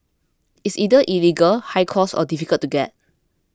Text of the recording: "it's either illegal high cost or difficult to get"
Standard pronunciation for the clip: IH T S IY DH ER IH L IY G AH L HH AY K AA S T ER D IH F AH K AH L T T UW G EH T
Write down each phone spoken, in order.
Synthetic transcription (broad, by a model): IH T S IY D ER IH L IY G AH L HH AY K AA S AO D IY F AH K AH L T T UW G EH T